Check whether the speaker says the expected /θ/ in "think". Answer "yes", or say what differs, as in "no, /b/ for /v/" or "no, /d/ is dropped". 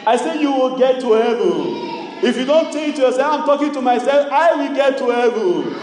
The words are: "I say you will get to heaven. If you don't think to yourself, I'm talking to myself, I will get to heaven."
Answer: no, /t/ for /θ/